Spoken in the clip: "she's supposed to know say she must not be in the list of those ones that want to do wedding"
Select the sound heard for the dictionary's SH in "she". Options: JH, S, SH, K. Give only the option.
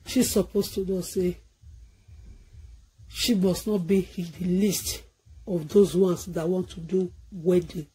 SH